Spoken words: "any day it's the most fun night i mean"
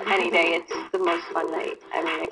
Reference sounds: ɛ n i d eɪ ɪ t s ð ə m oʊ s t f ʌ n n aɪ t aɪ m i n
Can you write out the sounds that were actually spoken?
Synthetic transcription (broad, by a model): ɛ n i d eɪ ɪ t s ð ə m oʊ s t f ʌ n l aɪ t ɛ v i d